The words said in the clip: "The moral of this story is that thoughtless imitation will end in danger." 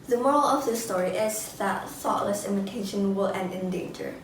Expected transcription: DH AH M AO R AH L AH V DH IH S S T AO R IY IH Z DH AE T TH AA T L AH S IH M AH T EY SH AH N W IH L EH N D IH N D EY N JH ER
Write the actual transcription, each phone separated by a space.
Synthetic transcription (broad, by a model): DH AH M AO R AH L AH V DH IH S S T AO R IY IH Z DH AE T TH AA T L AH S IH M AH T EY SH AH N W IH L EH N D IH N D EY N JH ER